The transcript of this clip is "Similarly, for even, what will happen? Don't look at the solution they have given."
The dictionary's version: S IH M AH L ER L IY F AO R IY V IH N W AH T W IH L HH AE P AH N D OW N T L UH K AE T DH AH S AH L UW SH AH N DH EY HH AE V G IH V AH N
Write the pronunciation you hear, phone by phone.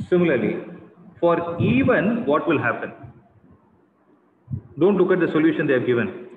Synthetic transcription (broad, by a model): S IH M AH L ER L IY F AO R IY V IH N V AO T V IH L HH AE P AH N D OW N T L UH K AE T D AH S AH L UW SH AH N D EY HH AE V G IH V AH N